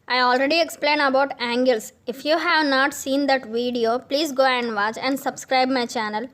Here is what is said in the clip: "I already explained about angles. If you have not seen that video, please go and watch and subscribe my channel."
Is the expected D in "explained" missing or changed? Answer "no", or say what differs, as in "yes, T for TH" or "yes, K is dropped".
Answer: yes, D is dropped